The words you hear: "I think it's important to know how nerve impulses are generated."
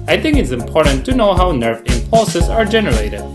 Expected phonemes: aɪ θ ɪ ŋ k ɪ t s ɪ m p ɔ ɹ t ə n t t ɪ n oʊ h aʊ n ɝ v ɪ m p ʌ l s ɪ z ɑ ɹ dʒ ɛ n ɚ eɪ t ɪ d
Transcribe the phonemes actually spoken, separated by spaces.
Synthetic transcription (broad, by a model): aɪ θ ɪ ŋ k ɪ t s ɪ m p ɔ ɹ t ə n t t ɪ n oʊ h aʊ n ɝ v ɪ m p ʌ l s ɪ z ɑ ɹ dʒ ɛ n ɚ eɪ t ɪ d